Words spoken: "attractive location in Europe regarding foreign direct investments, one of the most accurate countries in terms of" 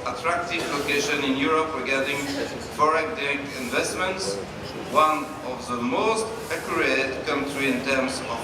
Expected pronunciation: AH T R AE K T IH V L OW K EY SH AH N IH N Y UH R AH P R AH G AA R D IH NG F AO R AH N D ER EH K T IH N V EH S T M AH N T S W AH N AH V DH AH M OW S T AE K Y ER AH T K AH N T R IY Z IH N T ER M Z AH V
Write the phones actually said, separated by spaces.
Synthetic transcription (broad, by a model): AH T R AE K T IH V L OW K EY SH AH N IH N Y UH R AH P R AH G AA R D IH NG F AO R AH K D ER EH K IH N V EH S T M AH N T S W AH N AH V DH AH M OW S T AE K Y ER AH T K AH N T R IY IH N T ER M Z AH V